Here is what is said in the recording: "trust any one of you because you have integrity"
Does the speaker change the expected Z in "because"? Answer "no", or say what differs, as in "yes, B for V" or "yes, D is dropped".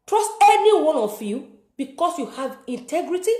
yes, S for Z